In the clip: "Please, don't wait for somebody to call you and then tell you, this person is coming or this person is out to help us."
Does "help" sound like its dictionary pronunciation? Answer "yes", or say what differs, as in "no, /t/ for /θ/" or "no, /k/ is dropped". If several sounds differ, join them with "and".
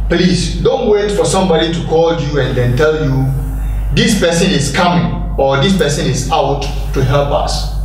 no, /l/ is dropped